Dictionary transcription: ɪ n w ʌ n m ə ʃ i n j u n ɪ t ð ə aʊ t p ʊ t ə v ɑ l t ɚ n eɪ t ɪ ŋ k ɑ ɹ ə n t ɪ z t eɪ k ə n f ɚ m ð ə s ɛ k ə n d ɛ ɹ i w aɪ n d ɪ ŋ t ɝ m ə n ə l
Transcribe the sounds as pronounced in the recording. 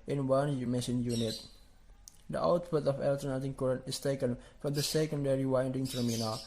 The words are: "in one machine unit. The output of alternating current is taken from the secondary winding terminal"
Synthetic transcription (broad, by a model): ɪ n w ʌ n m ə s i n j u n ɪ t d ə aʊ t p ʊ t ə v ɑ l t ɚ n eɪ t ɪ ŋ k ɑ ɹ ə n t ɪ s t eɪ k ə n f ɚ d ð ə s ɛ k ə n d ɛ ɹ i w aɪ n d ɪ ŋ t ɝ m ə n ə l